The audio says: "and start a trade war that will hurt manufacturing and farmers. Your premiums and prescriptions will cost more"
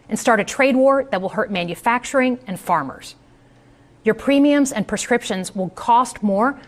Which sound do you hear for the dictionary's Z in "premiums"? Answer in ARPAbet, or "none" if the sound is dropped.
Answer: Z